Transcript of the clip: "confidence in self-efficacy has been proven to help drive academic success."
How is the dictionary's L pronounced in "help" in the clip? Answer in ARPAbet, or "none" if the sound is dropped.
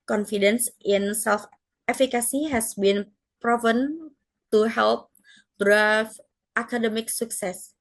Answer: L